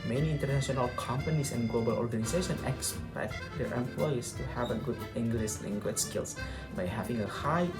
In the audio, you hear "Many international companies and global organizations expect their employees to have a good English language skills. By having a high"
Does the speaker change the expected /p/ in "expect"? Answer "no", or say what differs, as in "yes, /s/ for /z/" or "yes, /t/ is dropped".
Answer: yes, /b/ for /p/